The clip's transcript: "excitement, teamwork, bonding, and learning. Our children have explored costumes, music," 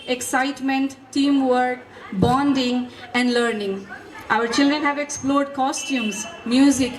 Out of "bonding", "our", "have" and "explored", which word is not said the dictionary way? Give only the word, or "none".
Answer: none